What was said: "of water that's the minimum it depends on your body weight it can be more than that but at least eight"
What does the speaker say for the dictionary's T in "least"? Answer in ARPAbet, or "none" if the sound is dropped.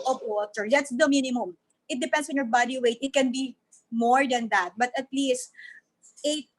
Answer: T